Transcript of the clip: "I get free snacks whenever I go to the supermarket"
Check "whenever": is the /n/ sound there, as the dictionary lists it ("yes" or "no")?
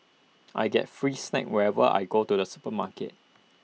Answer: no